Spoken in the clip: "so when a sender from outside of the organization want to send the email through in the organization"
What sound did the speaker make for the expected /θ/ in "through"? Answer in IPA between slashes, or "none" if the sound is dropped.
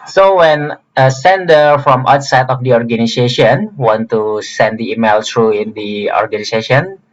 /t/